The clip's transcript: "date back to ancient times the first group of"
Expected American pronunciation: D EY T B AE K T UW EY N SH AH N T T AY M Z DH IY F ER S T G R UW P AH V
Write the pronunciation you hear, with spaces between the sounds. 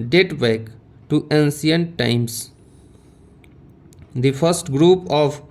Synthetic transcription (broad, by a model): D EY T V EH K T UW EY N S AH N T T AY M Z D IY F ER S T G R UW P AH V